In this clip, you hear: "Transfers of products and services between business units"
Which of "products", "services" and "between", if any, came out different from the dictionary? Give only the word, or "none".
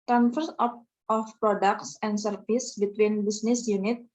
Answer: services